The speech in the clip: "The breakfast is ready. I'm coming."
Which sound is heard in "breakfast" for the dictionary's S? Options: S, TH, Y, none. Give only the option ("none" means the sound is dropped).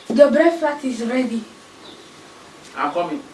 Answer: none